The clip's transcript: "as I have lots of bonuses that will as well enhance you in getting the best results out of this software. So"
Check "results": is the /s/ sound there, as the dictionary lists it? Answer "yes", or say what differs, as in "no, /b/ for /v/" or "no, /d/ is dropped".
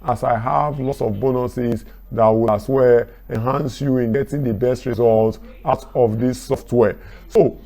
no, /s/ is dropped